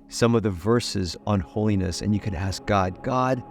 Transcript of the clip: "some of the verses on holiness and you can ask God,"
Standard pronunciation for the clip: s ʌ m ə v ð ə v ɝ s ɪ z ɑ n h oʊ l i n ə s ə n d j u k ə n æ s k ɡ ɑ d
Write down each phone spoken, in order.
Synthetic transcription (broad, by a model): s ʌ m ə v ð ə v ɝ s ɪ z n h oʊ l i n ə s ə n j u k ə n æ s k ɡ ɑ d